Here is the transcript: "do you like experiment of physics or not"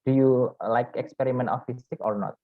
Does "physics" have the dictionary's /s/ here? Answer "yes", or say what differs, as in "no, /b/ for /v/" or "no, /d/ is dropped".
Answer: no, /s/ is dropped